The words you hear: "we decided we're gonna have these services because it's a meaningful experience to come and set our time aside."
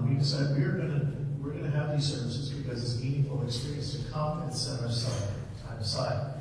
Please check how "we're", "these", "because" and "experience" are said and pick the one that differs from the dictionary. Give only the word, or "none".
none